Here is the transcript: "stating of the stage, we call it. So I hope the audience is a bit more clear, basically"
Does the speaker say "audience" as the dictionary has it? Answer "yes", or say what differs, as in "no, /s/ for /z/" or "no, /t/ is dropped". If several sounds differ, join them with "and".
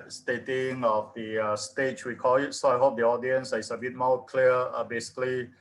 yes